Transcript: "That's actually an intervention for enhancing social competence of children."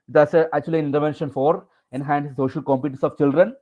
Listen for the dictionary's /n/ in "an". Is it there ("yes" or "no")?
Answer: no